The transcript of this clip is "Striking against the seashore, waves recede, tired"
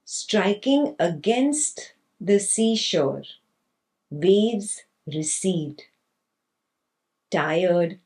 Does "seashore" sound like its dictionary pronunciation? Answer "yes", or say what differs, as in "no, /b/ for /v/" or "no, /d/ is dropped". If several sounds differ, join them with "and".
yes